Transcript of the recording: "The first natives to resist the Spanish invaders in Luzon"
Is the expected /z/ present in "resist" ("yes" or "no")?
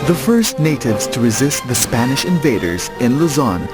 yes